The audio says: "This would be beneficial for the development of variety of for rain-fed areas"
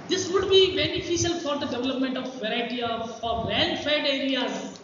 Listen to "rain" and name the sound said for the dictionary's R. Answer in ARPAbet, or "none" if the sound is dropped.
L